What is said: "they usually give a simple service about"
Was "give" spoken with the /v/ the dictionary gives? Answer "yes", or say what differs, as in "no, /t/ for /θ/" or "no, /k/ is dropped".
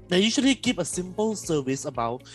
no, /p/ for /v/